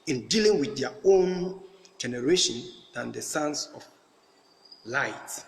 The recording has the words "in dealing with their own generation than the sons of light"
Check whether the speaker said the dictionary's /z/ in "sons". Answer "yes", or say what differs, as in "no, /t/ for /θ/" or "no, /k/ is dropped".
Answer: no, /s/ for /z/